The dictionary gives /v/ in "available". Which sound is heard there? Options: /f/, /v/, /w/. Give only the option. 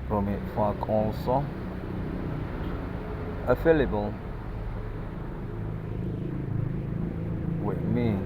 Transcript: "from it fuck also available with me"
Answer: /f/